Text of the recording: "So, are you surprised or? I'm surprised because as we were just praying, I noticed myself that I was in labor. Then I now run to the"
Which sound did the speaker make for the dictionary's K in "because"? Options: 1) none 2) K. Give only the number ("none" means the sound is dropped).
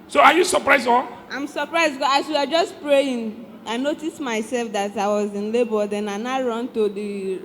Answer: 1